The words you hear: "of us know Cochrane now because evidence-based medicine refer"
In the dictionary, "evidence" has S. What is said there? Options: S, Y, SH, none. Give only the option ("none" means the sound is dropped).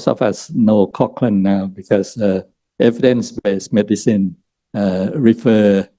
S